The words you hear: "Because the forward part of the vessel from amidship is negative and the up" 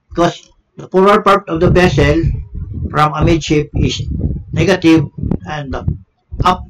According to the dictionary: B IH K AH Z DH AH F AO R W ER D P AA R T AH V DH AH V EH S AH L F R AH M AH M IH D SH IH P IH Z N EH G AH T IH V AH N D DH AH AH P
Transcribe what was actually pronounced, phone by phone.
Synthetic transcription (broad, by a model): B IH K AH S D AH P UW R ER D P AA R T AH V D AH B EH S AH L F R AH M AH M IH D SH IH P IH S N EH G AH T IH V AH N D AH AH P